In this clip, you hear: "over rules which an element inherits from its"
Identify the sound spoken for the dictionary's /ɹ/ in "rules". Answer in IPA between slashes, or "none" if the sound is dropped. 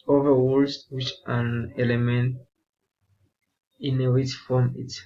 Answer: /w/